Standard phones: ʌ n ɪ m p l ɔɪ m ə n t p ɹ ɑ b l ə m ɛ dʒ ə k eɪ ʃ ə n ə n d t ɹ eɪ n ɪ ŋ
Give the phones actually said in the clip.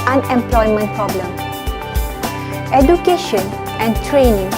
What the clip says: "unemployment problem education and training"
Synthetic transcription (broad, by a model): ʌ n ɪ m p l ɔɪ m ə n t p ɹ ɑ b l ə m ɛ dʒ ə k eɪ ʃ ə n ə n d t ɹ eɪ n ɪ ŋ